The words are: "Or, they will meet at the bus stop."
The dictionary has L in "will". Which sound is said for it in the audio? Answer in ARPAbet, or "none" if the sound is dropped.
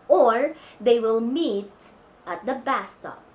L